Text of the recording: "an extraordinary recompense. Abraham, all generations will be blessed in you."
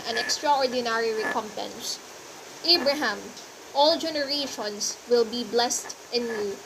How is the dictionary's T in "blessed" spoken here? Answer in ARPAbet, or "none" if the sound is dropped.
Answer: T